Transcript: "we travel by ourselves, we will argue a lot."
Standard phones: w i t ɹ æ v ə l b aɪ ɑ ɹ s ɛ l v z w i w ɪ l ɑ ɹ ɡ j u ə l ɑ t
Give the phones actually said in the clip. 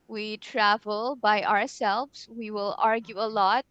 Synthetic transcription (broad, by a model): w i t ɹ æ v ə l b aɪ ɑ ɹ s ɛ l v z w i w ɪ l ɑ ɹ ɡ j u ə l ɑ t